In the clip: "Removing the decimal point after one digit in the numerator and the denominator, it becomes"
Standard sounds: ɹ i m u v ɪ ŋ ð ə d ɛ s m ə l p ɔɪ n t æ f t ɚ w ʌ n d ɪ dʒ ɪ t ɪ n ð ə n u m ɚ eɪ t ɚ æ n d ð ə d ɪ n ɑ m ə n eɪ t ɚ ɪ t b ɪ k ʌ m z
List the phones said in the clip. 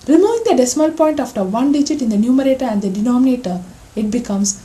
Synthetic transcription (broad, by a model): ɹ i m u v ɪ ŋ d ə d ɛ s m ə l p ɔɪ n t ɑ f t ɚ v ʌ n d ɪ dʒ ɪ t ɪ n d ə n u m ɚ eɪ t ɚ æ n d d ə d ɪ n ɑ m ə n eɪ t ɚ ɪ t b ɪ k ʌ m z